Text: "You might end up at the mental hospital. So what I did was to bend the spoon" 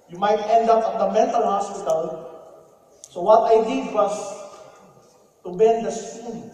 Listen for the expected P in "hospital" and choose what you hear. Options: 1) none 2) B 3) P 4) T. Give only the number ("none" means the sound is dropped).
1